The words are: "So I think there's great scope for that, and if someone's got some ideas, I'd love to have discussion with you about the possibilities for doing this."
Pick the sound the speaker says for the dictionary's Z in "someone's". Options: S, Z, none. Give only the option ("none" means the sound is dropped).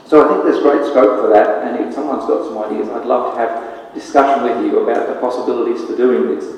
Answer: Z